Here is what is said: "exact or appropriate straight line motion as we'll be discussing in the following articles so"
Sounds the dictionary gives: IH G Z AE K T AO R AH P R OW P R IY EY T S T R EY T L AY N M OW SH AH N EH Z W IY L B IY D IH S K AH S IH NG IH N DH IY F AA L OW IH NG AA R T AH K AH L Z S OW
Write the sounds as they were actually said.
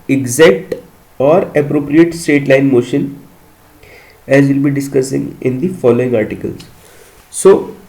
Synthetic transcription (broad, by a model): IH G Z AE K T AO R AH P R OW P R IY EY T S T EY T L AY N M OW SH AH N EH Z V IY L B IY D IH S K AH S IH NG IH N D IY F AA L OW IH NG AA R T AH K AH L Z S OW